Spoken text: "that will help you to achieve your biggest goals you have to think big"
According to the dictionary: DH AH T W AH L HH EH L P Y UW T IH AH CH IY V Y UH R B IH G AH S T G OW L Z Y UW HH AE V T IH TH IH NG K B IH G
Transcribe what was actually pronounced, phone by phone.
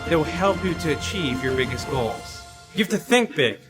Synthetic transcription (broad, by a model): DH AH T W AH L HH EH L P Y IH T IH CH IY V Y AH R B IH G AH S T G OW L Z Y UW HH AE F T IH TH IH NG K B IH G